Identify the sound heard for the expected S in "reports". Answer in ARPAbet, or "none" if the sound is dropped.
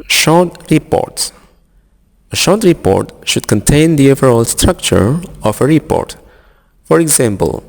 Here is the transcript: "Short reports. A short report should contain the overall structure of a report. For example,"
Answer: S